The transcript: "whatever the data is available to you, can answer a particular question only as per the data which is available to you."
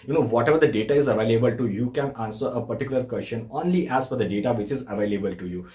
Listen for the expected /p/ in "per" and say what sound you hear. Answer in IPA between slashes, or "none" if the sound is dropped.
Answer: /f/